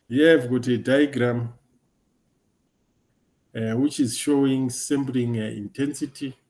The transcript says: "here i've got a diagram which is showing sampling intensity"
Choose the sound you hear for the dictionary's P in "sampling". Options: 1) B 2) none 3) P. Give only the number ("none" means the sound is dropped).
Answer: 1